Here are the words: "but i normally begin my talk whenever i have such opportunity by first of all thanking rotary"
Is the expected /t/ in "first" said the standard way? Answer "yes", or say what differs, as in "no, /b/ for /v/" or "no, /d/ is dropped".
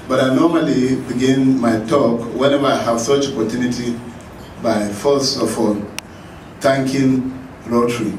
no, /t/ is dropped